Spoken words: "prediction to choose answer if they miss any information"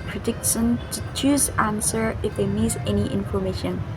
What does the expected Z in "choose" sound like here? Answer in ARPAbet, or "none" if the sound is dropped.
Z